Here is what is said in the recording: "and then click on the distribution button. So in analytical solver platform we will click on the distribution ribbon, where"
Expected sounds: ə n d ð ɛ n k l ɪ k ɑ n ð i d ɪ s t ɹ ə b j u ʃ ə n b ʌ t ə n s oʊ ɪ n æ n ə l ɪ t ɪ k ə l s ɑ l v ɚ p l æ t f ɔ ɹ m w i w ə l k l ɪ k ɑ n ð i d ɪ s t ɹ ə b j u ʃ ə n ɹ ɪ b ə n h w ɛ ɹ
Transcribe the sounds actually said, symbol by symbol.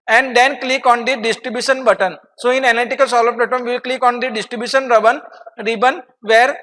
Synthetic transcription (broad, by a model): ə n d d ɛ n k l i k ɑ n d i d ɪ s t ɹ ə b j u ʃ ə n b ʌ t ə n s oʊ ɪ n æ n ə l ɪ t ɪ k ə l s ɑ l ɚ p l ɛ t ɔ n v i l k l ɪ k ɑ n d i d ɪ s t ɹ ə b j u ʃ ə n ɹ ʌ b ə n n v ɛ ɹ